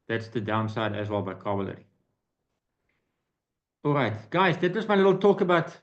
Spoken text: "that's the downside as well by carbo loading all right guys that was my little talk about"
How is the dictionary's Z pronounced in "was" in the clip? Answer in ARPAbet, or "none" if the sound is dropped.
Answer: S